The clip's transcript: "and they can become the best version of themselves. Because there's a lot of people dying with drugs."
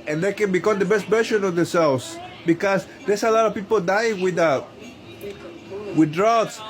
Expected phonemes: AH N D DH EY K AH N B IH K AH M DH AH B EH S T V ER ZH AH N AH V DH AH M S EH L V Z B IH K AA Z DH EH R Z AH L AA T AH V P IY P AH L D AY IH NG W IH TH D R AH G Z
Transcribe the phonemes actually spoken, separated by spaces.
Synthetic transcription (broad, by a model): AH N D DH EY K AH N B IH K AH M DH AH B EH S T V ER SH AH N AH V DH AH S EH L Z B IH K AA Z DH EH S AH L AA T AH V P IY P AH L D AY IH NG W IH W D R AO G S